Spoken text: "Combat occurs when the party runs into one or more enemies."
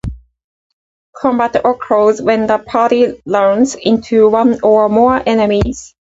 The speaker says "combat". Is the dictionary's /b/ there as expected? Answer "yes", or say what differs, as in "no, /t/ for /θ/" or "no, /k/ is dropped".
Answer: yes